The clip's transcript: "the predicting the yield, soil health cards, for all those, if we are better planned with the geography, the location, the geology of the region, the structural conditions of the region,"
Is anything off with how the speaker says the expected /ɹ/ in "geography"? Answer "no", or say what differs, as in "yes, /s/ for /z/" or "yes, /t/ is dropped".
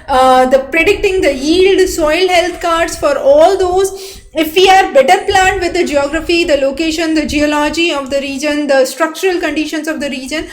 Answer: no